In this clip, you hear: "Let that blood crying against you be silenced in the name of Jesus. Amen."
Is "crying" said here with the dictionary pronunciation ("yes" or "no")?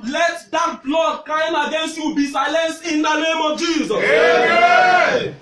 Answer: no